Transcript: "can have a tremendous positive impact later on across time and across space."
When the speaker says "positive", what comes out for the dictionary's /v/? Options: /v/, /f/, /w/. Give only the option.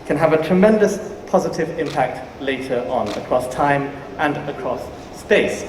/v/